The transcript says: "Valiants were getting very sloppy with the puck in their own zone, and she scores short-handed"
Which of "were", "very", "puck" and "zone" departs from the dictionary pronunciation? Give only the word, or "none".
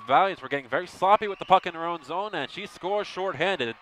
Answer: none